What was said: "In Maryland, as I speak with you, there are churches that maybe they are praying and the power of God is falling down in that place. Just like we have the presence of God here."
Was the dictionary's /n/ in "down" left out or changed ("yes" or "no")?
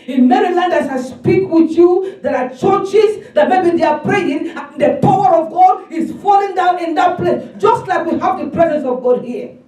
no